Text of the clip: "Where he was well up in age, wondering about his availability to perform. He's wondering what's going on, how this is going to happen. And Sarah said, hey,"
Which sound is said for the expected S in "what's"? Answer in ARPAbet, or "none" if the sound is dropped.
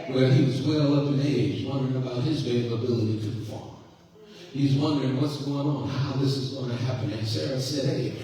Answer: S